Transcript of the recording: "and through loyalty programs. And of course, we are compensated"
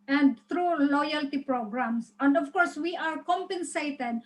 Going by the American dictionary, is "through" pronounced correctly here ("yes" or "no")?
no